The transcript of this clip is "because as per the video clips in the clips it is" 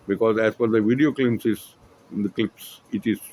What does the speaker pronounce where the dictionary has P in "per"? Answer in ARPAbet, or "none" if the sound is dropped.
F